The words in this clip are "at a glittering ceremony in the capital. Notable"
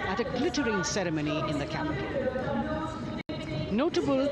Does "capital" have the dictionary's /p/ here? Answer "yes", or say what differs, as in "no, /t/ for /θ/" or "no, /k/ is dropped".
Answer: no, /p/ is dropped